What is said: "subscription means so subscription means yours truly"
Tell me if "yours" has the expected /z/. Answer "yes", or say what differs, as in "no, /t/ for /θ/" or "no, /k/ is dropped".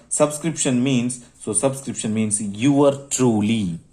no, /z/ is dropped